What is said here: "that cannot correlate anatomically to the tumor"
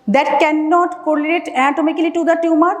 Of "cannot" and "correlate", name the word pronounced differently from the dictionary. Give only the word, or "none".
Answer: correlate